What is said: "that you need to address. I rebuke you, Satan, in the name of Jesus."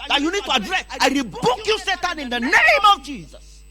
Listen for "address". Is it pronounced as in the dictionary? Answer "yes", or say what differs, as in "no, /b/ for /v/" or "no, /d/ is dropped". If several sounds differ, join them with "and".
no, /s/ is dropped